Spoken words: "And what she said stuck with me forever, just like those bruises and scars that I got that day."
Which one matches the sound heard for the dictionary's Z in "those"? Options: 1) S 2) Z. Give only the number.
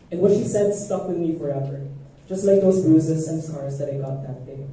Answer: 2